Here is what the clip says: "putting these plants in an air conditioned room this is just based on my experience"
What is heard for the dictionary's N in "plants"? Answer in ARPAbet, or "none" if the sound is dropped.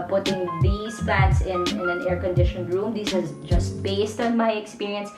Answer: none